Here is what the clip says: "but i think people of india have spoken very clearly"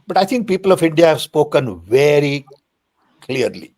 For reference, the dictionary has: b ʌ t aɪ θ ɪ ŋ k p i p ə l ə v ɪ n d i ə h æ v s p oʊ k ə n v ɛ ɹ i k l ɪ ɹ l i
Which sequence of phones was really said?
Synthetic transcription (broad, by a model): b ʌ t aɪ t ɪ ŋ k p i p ə l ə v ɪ n d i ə h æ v s p oʊ k ə n v ɛ ɹ i k l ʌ ɹ l i